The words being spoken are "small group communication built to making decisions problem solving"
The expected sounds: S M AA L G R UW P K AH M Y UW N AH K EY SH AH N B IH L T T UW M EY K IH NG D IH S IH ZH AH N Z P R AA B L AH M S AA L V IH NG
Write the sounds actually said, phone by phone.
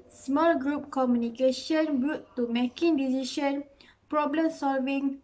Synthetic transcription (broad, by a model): S M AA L G R UW P K AH M Y UW N AH K EY SH AH N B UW T T UW M EY K IH NG D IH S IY SH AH N P R AA B L AH M S AA L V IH NG